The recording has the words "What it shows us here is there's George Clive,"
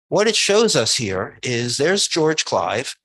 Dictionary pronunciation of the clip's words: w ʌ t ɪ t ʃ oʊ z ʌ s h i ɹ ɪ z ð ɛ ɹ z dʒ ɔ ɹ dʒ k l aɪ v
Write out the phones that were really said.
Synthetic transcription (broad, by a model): w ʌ t ɪ t ʃ oʊ z ʌ s h i ɹ ɪ z ð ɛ ɹ z dʒ ɔ ɹ dʒ k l aɪ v